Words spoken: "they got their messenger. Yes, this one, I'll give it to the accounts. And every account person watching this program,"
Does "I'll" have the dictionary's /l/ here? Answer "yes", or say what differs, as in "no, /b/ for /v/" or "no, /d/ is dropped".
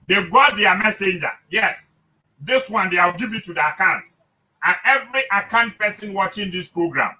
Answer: no, /w/ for /l/